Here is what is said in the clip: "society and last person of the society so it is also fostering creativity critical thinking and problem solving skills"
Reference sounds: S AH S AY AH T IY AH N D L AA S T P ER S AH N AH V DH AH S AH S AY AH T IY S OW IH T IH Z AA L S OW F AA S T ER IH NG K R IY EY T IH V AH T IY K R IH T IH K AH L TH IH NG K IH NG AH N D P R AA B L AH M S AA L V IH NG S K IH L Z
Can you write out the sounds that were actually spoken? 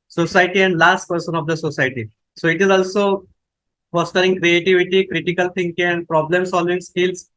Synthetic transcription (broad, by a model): S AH S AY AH T IY AH N D L AA S T P ER S AH N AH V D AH S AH S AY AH T IY S OW IH T IH Z AA L S OW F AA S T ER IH NG K R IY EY T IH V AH T IY K R IH T IH K AH L T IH NG K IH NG AH N D P R AA B L AH M S AA L V IH NG S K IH L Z